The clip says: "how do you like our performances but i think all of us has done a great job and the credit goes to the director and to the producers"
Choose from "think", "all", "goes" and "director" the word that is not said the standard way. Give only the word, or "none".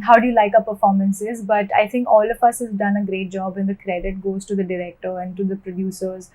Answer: think